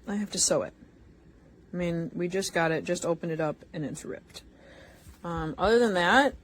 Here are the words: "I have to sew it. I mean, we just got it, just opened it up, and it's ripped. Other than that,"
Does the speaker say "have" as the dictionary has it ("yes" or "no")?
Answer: no